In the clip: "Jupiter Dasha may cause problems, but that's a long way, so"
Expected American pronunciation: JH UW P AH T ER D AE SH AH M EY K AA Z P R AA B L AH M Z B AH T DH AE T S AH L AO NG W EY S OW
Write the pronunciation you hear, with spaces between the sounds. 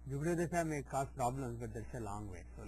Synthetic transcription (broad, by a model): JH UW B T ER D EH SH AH M EY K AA S P R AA B L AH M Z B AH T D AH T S AH L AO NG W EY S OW